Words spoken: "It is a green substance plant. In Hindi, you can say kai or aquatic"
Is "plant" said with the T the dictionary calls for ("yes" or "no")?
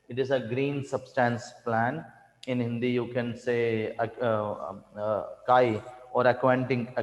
no